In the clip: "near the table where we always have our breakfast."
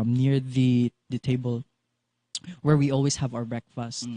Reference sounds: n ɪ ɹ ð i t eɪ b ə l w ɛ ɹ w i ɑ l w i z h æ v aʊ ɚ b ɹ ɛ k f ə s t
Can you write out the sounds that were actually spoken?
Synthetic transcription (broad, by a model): n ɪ ɹ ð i t eɪ b ə l w ɛ ɹ w i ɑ l w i s h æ v aʊ ɚ b ɹ ɛ k f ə s t